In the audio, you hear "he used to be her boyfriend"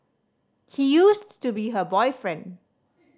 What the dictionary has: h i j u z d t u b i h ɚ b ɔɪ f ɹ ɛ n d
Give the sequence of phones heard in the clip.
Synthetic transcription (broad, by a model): h i j u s t u b i h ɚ b ɔɪ f ɹ ɛ n d